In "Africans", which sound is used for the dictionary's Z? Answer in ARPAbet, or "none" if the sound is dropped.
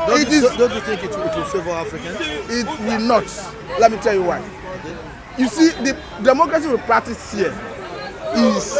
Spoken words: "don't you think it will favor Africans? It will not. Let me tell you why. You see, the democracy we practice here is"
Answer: none